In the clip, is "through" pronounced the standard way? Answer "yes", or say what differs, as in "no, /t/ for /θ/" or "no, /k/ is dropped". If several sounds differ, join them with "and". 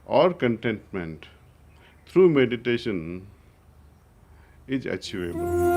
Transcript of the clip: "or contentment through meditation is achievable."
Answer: no, /t/ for /θ/